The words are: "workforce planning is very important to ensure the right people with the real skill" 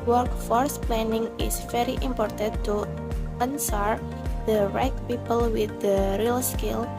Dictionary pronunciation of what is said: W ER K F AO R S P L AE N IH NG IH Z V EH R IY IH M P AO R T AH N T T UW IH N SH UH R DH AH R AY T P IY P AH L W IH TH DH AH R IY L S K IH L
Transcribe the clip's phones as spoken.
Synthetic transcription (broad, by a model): W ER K F AO R S P L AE N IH NG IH S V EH R IY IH M P AO R T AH N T T UW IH N S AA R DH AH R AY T P IY P AH L W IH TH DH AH R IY L S K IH L